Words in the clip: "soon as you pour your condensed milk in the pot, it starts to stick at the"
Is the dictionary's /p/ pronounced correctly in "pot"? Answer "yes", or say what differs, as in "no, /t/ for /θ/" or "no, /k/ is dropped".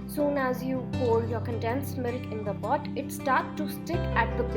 no, /b/ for /p/